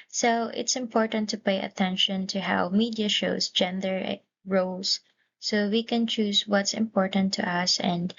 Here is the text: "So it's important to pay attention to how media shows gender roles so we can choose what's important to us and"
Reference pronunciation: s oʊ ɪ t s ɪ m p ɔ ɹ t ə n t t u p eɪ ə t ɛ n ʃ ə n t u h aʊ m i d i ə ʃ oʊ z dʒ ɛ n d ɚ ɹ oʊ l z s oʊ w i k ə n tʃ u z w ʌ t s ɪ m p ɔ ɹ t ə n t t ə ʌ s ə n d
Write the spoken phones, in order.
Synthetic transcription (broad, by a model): s oʊ ɪ t s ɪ m p ɔ ɹ t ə n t t u p eɪ ə t ɛ n ʃ ə n t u h aʊ m i d i ə ʃ oʊ s dʒ ɛ n d ɚ ɹ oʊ l s oʊ w i k ə n tʃ u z w ʌ t s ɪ m p ɔ ɹ t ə n t t ə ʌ s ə n d